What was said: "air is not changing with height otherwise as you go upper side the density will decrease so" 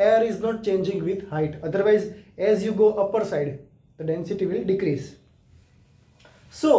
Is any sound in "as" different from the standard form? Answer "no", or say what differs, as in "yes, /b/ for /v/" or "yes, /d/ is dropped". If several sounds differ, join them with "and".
no